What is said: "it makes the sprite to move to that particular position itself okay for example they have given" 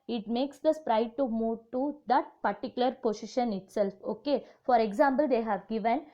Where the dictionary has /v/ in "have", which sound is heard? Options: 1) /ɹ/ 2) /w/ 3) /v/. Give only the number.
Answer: 3